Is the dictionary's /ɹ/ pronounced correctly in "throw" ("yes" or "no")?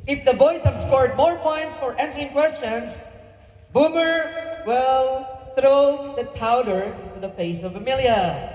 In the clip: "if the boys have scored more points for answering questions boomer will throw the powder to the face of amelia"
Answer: yes